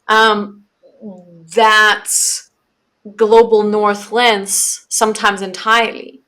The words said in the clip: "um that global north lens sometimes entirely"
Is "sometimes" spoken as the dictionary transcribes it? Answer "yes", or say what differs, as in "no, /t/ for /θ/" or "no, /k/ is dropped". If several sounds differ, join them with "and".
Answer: yes